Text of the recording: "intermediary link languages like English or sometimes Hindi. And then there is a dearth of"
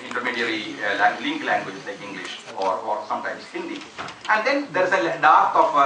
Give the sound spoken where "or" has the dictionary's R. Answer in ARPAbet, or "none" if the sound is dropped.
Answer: R